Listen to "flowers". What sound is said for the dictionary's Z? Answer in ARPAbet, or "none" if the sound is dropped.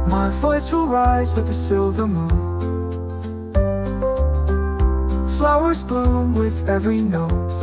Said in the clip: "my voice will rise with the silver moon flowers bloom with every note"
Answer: Z